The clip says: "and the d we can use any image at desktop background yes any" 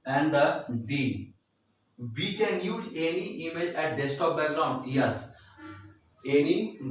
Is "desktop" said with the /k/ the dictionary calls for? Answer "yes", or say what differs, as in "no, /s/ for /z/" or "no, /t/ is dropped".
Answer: no, /k/ is dropped